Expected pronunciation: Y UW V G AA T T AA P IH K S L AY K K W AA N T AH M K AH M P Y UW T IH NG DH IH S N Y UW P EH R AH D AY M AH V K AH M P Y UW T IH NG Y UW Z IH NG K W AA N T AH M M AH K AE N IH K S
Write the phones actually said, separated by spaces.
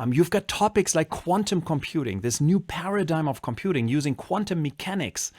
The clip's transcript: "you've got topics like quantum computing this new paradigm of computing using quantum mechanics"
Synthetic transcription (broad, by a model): Y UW V G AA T T AA P IH K S L AY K K W AA N T AH M K AH M P Y UW T IH NG DH IH S N Y UW P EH R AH D AY M AH V K AH M P Y UW T IH NG Y UW Z IH NG K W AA N T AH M M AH K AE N IH K S